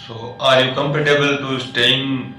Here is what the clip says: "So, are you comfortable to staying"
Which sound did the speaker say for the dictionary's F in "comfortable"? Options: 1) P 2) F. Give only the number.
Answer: 1